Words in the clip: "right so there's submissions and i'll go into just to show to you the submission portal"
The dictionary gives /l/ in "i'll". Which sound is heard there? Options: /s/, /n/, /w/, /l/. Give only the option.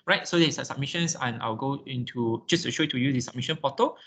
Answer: /w/